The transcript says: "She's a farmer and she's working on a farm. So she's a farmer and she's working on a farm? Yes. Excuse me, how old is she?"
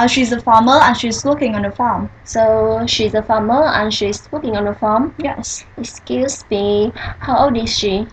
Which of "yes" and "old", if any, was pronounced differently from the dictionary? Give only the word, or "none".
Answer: old